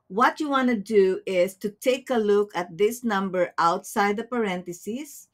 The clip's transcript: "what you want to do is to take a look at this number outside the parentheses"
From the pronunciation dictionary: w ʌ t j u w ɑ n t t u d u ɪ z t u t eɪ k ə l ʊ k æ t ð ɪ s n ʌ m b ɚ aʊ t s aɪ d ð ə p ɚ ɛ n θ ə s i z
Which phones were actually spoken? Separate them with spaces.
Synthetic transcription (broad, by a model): w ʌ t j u w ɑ n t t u d u ɪ s t u t eɪ k ə l ʊ k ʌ t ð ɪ s n ʌ m b ɚ aʊ t s aɪ d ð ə p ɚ ɛ n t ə s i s